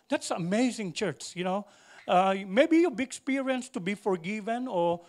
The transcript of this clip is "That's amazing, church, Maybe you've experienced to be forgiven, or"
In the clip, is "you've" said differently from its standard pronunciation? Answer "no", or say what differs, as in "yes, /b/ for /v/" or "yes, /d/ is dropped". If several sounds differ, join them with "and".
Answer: yes, /b/ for /v/